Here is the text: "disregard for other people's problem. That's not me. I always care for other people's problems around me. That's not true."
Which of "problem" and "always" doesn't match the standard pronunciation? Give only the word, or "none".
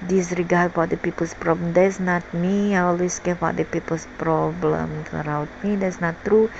always